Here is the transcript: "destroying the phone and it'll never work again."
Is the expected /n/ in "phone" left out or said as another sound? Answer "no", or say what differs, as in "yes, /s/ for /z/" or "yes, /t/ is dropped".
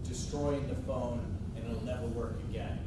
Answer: yes, /n/ is dropped